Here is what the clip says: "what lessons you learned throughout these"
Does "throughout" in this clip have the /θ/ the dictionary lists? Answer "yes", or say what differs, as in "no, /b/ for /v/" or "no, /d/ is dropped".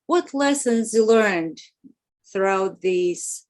yes